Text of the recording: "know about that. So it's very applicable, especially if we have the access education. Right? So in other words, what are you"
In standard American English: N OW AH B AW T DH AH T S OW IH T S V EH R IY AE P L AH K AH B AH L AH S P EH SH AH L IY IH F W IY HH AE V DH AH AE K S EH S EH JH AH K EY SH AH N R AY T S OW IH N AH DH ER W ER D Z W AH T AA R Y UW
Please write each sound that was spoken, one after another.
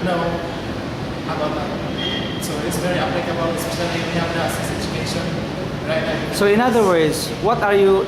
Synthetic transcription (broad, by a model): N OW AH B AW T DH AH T S OW IH T S V EH R IY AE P L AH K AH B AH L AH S IY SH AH N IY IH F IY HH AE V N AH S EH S EH JH AH K EY SH AH N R AY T S OW IH N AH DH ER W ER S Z W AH T AA R Y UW